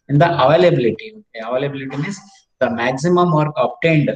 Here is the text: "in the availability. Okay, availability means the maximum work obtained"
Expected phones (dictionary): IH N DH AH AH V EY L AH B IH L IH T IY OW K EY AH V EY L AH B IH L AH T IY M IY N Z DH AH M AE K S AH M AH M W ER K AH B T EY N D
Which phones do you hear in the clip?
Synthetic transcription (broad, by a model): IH N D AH AH V EY L AH B IH L IH T IY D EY AH V EY L AH B IH L AH T IY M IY Z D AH M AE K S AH M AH M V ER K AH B T EY N D